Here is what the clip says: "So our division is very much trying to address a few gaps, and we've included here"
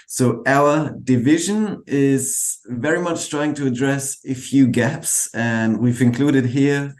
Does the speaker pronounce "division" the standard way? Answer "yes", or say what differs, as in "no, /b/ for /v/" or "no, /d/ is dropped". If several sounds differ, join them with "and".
yes